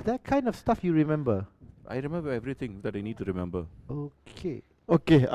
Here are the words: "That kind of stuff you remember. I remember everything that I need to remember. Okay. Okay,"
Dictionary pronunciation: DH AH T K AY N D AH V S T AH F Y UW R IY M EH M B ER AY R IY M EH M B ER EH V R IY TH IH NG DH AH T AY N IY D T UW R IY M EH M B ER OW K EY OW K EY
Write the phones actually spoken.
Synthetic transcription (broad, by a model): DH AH T K AY N D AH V S T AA F Y UW R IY M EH M B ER AY R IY M EH M B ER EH V R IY T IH NG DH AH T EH N IY D T UW R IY M EH M B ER OW K EY OW K EY